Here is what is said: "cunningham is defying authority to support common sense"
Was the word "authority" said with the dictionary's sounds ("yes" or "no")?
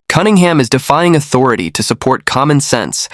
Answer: yes